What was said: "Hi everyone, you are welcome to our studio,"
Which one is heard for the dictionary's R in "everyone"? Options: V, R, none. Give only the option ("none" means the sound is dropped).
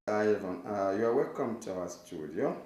none